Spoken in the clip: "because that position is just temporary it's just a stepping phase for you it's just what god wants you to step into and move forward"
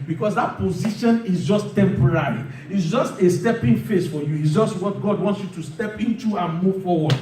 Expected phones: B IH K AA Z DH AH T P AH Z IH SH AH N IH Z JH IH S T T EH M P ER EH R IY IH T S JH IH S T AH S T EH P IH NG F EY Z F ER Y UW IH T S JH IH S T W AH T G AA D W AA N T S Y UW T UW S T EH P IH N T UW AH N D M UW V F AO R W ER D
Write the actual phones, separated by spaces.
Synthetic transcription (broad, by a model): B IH K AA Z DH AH T P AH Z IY SH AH N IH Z JH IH S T T EH M P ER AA R IY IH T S JH IH S T AH S T EH P IH NG F EY S F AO Y UW IH T S JH IH S T W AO T G AA D W AA N T S Y UW T UW S T EH P IH N T UW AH N M UW V F AO W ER D